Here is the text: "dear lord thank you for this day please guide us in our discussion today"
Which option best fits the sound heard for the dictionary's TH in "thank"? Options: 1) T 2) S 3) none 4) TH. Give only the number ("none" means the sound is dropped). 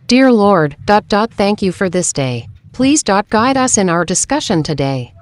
4